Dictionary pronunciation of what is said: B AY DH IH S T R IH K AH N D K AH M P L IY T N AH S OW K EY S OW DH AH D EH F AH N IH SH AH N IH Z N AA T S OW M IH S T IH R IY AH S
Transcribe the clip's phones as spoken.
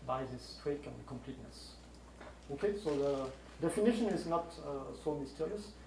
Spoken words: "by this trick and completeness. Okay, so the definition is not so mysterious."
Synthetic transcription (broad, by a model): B AY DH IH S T W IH K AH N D K AH M P L IY T N AH S OW K EY S OW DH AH D EH F AH N IH SH AH N IH Z N AA T S OW M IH S T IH R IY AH S